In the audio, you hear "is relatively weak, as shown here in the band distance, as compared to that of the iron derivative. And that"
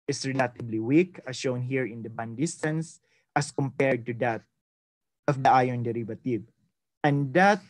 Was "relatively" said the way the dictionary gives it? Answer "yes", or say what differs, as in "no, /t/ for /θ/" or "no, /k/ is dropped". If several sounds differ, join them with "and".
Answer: no, /b/ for /v/